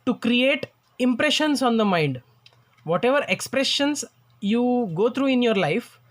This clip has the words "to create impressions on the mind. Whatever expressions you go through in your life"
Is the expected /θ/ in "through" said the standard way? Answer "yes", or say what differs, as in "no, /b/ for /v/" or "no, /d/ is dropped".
no, /t/ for /θ/